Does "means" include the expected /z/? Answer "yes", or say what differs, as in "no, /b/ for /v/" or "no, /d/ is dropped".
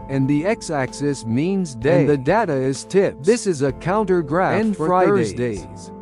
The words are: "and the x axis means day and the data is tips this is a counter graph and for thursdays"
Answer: yes